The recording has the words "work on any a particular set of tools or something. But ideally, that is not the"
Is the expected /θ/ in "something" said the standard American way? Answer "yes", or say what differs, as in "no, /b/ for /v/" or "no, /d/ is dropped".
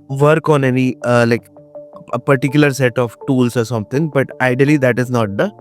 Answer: no, /t/ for /θ/